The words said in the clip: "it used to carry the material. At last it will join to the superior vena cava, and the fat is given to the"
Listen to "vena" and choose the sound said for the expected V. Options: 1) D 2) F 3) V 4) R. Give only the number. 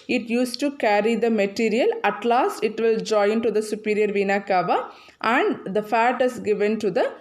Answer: 3